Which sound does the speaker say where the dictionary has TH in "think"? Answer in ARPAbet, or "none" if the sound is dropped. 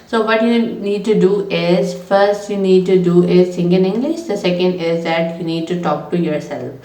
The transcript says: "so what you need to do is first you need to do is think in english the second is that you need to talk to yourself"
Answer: S